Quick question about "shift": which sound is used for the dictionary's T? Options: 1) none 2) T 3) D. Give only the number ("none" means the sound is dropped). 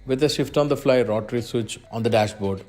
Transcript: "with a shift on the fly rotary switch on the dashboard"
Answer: 2